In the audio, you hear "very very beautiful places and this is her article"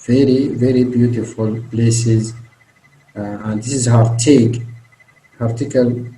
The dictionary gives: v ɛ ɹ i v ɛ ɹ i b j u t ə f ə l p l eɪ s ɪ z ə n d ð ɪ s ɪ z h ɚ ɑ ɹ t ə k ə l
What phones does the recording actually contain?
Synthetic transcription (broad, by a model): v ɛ ɹ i v ɛ ɹ i b j u t ə f ə l p l eɪ s ɪ z ə n d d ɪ s ɪ z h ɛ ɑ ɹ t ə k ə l